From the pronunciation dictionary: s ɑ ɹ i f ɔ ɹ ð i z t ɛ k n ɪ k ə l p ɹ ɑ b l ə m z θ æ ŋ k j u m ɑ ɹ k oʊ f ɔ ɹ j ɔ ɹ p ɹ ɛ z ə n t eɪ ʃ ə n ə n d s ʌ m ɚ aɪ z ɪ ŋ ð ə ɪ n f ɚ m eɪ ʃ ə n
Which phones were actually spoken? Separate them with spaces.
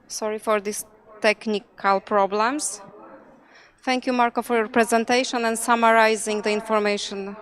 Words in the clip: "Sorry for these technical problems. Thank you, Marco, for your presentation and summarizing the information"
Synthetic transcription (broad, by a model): s ɑ ɹ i f ɔ ɹ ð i s t ɛ k n ɪ k ə l p ɹ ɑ b l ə m s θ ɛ ŋ k j u m ɑ ɹ k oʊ f ɔ ɹ j ɔ ɹ p ɹ ɛ z ə n t eɪ ʃ ə n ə n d s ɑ m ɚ aɪ z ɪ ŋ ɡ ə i n f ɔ m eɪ ʃ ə n